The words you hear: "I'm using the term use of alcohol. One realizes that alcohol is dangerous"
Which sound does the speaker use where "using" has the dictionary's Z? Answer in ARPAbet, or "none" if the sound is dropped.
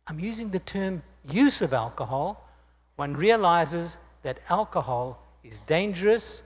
Z